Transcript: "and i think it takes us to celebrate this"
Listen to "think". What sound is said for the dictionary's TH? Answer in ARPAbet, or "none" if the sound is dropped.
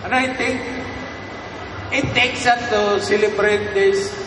T